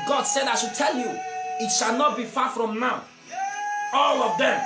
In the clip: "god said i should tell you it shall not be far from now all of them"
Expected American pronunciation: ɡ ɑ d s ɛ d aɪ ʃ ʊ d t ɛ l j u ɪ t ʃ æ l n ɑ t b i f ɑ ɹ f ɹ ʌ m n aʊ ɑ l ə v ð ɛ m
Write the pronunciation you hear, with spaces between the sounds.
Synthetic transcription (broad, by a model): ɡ ɑ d s ɛ d aɪ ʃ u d t ɛ l j u ɪ t ʃ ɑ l n ɑ t b i f ɑ f ɹ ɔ m n aʊ ɑ l ə v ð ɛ m